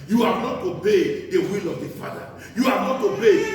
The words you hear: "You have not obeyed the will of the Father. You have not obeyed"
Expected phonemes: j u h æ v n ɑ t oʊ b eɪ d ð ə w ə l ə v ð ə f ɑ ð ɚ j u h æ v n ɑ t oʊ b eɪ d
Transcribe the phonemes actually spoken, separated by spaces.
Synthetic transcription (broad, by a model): j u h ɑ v n ɑ t oʊ b eɪ d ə w ə l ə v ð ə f ɑ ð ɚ j u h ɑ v n ɑ t oʊ b eɪ